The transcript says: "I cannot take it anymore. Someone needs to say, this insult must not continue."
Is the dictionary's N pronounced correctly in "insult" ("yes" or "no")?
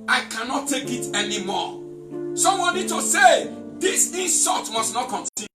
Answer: no